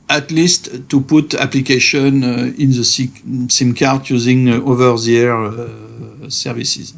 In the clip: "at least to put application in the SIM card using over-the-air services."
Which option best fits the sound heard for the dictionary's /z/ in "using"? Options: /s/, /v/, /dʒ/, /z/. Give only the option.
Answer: /z/